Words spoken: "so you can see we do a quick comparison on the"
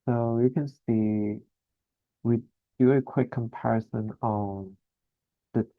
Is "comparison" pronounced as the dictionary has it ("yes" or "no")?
yes